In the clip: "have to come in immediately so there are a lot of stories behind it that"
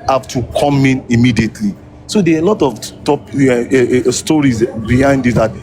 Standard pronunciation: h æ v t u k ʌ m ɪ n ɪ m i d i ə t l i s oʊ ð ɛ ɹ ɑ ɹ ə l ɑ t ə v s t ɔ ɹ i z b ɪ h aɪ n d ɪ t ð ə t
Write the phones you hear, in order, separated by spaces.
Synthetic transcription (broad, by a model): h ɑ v t u k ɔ m ɪ n ɪ m i d i ə t l i s oʊ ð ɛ l ɑ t ə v t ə p s t ɔ ɹ i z b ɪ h aɪ n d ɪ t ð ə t